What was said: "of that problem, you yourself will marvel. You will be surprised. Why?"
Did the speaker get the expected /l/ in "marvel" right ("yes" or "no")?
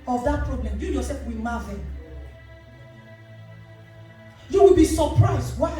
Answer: no